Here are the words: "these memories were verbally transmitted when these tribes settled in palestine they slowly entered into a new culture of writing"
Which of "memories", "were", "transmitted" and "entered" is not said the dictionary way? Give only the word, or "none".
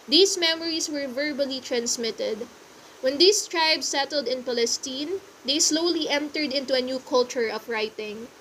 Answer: memories